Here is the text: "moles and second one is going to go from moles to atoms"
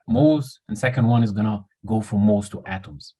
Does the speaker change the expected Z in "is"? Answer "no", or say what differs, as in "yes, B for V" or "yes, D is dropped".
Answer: no